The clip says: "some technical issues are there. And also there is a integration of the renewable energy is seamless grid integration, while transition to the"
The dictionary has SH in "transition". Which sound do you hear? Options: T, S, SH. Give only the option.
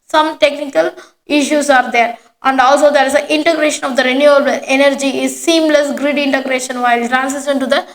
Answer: S